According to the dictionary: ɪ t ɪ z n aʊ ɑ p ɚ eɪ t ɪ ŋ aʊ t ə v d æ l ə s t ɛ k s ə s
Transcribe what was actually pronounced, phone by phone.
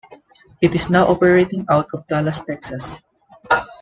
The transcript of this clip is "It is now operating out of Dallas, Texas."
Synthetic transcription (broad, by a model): ɪ t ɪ s n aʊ ɑ p ɚ eɪ t ɪ ŋ aʊ t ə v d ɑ l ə s t ɛ k s ə s